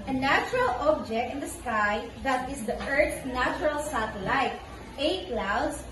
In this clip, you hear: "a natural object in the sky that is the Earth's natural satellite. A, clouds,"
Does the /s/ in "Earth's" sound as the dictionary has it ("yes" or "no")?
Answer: no